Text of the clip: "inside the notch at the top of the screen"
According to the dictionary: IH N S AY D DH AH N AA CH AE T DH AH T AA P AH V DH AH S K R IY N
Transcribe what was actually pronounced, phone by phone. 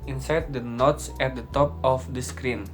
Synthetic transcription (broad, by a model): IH N S AY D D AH N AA S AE T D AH T AA P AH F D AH S K R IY N